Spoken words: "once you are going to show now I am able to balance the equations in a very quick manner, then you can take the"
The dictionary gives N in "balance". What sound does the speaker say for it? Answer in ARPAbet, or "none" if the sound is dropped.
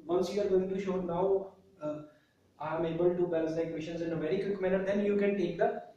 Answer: none